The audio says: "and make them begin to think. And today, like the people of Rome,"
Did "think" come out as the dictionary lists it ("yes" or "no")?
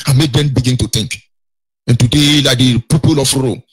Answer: no